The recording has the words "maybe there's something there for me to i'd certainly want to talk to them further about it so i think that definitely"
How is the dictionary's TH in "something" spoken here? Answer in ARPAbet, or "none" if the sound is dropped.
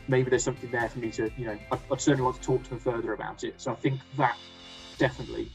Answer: TH